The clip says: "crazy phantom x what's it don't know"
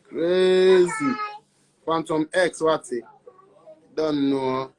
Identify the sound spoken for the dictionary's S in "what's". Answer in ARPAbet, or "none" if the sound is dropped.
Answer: none